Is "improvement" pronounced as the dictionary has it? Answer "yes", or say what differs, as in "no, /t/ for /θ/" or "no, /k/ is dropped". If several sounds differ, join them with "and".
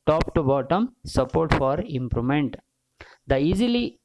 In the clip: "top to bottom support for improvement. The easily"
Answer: no, /v/ is dropped